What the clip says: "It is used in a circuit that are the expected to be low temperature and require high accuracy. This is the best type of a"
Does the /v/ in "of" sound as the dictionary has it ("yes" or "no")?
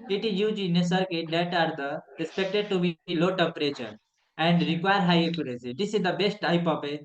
no